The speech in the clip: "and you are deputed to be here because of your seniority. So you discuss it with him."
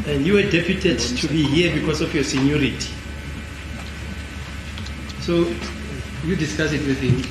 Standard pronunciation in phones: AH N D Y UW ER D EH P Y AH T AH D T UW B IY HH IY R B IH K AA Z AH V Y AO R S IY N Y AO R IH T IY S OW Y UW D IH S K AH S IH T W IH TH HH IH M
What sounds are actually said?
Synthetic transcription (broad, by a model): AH N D Y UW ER D EH P Y AH T AH D T UW B IY HH IY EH B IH K AA S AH F Y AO S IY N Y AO R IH T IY S OW Y UW D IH S K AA S IH T W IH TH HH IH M